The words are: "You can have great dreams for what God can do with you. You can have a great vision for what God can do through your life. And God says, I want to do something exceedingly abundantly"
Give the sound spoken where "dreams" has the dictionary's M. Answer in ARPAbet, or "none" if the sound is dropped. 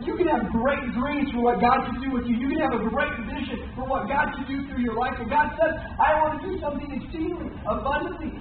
none